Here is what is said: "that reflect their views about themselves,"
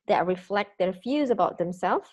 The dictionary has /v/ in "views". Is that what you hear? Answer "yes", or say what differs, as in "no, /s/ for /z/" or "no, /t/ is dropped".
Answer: no, /f/ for /v/